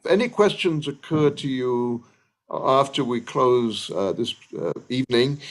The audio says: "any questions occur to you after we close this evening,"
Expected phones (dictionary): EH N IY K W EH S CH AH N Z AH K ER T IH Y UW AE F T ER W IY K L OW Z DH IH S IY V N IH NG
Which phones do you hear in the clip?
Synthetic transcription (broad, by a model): EH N IY K W EH S CH AH N Z AH K ER T IH Y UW AE F T ER W IY K L OW Z DH IH S IY V N IH NG